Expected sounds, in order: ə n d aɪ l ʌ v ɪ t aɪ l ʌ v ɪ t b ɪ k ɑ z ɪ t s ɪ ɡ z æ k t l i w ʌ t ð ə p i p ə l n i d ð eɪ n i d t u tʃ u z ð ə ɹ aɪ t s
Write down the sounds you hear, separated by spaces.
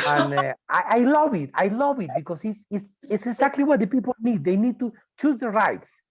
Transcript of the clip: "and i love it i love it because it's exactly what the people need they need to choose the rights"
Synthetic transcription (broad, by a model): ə n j aɪ l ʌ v ɪ t aɪ l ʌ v ɪ t b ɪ k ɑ s ɪ t s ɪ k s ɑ k t l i w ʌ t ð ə p i p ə l n i d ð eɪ n i d t u tʃ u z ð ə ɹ aɪ t s